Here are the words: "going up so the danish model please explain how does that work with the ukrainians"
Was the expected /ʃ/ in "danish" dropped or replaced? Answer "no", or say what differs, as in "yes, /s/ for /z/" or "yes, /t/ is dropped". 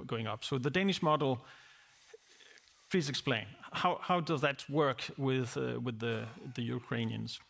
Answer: no